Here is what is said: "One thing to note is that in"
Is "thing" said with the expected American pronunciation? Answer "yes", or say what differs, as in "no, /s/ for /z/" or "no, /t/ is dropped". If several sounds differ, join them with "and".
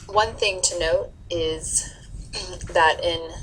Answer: yes